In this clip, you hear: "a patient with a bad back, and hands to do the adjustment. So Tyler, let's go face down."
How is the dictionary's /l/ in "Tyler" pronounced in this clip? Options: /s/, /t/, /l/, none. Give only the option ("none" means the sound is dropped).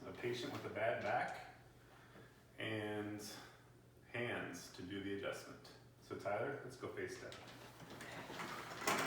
none